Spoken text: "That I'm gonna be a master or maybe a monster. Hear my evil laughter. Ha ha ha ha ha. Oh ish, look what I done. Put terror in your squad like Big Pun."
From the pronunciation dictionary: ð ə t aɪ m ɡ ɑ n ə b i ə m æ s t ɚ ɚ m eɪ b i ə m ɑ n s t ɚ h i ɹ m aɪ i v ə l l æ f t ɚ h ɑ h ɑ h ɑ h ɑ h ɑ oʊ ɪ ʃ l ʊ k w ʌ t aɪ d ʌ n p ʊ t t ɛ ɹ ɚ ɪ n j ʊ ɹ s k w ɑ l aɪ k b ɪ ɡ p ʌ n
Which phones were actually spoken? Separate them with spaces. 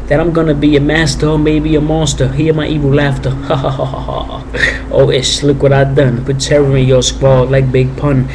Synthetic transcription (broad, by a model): ð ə t aɪ m ɡ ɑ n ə b i ə m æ s t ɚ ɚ m eɪ b i ə m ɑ s t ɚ h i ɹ m aɪ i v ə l l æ f t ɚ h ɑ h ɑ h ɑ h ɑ h ɑ oʊ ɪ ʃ l ʊ k w ʌ t aɪ d ʌ n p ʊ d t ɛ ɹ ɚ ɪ j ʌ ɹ s k w ɑ l aɪ k b ɪ ɡ p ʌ n